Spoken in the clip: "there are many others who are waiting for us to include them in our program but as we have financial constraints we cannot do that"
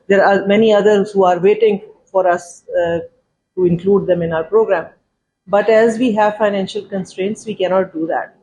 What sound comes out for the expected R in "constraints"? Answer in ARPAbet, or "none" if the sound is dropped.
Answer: R